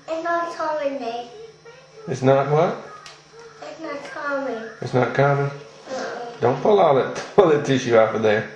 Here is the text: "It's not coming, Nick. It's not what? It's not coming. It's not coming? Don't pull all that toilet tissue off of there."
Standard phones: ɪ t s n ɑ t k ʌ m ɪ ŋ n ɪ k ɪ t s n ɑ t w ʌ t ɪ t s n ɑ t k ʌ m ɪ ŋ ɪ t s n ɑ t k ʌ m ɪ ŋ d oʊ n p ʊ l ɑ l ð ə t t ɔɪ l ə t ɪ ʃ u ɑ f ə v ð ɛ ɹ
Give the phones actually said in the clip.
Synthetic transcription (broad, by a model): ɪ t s n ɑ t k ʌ ɪ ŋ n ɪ ɪ t s n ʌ t w ʌ t ɪ t s n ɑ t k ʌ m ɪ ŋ ɪ t s n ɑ t k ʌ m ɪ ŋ d oʊ n p ʊ l ɑ l ð ə t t l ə t ɪ ʃ u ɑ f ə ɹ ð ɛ